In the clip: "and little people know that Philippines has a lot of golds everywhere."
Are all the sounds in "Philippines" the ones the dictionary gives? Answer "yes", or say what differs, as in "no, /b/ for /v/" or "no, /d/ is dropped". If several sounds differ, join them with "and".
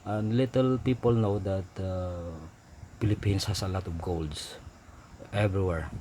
no, /s/ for /z/